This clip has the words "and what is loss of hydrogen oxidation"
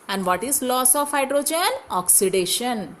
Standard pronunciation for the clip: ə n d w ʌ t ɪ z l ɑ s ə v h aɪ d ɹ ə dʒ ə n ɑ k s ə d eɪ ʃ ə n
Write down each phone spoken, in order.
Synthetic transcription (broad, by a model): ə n d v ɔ t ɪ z l ɑ s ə f h aɪ d ɹ ə dʒ ə n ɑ k s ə d eɪ ʃ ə n